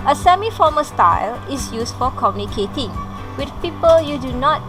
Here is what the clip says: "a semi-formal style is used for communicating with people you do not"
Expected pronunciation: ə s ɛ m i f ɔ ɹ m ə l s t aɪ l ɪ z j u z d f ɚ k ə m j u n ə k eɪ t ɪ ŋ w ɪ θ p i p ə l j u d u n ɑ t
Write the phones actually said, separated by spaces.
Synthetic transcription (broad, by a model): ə s ɛ m i f ɔ m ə s t aɪ l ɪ s j u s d f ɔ k ə m j u n ə k eɪ t ɪ ŋ w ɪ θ p i p ə l j u d u n ɑ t